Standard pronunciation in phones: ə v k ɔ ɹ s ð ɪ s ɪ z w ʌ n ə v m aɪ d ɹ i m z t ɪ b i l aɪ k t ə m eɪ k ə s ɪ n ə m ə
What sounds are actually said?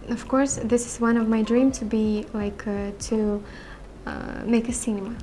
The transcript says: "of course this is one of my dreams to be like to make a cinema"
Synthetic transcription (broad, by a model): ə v k ɔ ɹ s ð ɪ s ɪ z w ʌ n ə v m aɪ d ɹ i m t ɪ b i l aɪ k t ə m eɪ k ə s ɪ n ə m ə